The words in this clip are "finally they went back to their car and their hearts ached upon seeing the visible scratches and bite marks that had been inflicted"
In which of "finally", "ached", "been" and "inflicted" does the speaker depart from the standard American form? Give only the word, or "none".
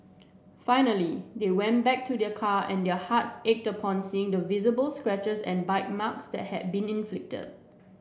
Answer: none